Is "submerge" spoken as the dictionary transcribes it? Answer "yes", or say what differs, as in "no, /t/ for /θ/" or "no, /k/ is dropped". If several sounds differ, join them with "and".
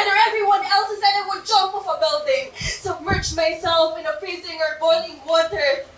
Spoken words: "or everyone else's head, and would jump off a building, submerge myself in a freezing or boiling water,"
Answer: no, /tʃ/ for /dʒ/